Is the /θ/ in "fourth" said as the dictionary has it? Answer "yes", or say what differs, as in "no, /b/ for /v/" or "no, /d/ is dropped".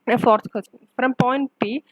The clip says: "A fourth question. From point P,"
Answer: no, /s/ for /θ/